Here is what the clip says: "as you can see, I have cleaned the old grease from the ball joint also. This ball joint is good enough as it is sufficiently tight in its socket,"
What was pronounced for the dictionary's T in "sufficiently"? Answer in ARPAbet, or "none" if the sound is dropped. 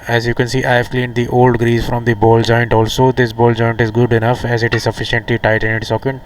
T